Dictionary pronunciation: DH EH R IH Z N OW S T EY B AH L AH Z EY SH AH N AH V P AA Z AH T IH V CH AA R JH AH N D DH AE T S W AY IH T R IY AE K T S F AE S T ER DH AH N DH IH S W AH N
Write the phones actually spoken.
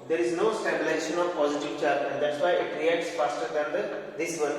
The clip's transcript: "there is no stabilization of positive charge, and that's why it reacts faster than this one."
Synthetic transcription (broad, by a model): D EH R IH Z N OW S T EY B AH L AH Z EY SH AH N AH V P AA Z AH T IH V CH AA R AH N D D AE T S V AY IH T R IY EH T S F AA S T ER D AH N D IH S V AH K